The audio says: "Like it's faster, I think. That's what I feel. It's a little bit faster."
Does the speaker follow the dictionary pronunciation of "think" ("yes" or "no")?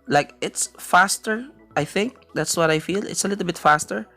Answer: yes